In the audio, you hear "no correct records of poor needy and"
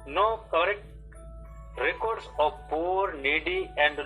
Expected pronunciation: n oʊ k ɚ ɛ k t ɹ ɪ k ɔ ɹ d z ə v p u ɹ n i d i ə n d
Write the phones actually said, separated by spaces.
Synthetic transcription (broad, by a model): n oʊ k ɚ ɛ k t ɹ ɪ k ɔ ɹ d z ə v p u ɹ n i d i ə n d